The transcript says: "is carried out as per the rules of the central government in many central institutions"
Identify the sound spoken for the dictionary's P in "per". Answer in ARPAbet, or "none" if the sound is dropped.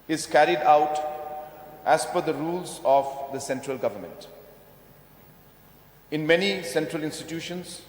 F